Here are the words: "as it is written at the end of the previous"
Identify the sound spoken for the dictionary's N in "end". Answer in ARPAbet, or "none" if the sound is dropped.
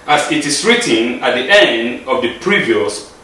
N